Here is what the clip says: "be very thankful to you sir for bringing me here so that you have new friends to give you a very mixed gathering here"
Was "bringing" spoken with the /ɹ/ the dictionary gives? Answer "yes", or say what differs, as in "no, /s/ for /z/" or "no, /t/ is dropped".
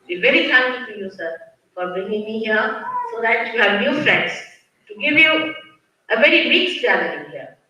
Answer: no, /ɹ/ is dropped